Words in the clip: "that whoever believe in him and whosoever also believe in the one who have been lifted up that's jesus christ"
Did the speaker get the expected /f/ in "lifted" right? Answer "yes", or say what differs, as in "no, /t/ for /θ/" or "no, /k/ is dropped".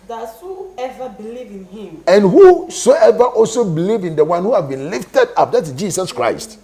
yes